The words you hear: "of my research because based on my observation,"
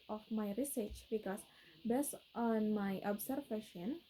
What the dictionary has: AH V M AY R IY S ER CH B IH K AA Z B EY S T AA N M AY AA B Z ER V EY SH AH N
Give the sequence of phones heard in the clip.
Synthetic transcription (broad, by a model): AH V M AY R IY S ER CH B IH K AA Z B EY S T AA N M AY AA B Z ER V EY SH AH N